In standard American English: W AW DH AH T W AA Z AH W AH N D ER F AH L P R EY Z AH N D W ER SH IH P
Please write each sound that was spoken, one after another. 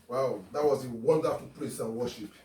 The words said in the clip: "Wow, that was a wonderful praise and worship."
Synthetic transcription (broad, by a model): W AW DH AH T W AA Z AH W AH N D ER F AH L P L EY S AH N W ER SH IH P